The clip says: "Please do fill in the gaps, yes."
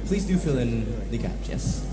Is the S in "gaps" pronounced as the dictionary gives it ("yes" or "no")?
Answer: no